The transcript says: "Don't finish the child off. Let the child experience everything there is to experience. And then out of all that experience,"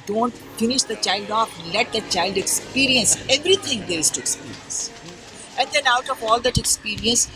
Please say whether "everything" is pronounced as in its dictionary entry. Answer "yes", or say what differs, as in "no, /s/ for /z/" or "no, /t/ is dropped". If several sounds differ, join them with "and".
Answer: no, /t/ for /θ/